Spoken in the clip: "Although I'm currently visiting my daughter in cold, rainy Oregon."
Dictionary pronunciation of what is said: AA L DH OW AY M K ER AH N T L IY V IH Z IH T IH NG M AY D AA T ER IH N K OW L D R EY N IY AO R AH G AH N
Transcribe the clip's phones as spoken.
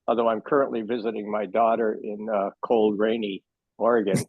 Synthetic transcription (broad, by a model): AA L DH OW AY M K ER AH N T L IY V IH Z IH T IH NG M AY D AA T ER IH N K OW L D R EY N IY AO R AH G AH N